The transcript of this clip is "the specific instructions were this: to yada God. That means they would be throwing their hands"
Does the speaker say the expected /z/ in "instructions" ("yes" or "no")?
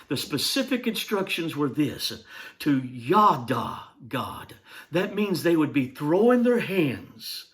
yes